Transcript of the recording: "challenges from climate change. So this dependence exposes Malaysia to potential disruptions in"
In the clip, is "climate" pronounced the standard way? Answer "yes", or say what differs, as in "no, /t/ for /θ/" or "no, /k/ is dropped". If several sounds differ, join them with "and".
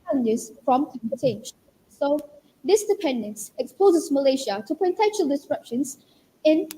no, /l/ is dropped